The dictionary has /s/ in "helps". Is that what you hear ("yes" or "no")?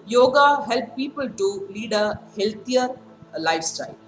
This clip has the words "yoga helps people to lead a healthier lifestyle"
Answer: no